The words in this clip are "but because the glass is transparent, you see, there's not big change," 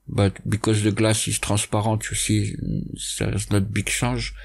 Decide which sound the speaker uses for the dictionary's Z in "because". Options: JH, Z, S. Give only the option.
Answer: Z